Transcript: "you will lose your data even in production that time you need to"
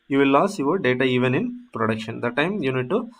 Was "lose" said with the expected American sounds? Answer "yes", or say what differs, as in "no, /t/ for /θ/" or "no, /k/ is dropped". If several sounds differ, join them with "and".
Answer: no, /s/ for /z/